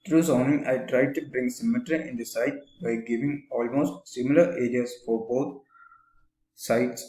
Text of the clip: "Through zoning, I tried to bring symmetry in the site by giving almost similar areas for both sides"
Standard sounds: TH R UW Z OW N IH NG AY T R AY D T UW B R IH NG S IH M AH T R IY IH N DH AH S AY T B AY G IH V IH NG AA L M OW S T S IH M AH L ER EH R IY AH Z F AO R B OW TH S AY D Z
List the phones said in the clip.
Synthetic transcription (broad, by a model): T R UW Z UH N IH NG AY T R AY D T UW B R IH NG S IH M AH T R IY IH N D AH S AY T B AY G IH V IH NG AA L M OW S T S IH M AH L ER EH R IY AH S F AO R B OW T S AY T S